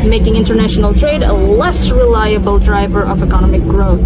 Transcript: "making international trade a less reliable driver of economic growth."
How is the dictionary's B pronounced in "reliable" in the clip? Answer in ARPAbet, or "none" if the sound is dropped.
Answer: B